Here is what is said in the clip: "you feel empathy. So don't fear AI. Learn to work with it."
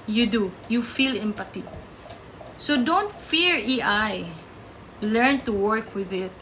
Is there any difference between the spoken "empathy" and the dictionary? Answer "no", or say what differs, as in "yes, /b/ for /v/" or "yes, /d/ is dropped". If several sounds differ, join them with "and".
yes, /t/ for /θ/